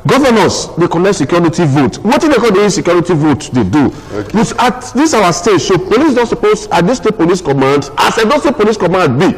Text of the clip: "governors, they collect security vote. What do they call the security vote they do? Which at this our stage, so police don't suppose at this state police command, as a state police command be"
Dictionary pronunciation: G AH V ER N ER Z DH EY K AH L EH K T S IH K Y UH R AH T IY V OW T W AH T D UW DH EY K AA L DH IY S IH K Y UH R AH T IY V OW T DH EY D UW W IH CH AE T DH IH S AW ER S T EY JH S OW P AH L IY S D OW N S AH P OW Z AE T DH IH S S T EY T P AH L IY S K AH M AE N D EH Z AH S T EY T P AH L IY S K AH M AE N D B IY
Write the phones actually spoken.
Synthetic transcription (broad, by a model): G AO V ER N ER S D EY K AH N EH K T S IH K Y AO R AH T IY V OW T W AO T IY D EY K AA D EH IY S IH K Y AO R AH T IY V OW T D EY D UW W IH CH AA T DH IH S AW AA S T EY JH S OW P AH L IY S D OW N S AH P OW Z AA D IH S S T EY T P AH L IY S K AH M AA N D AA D AH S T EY P AH L IY S K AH M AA N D B IY